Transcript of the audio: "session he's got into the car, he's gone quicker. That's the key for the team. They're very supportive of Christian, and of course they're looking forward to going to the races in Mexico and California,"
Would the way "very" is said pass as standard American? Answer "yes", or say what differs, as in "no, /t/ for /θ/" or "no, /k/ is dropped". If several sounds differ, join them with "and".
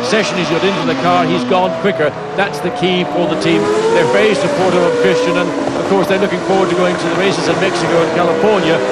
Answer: no, /f/ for /v/ and /ɹ/ is dropped